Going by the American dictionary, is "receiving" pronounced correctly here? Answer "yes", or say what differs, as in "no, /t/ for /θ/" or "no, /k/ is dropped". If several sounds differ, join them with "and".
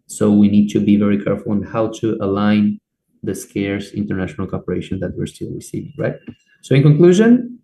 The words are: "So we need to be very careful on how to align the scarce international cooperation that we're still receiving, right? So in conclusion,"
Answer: yes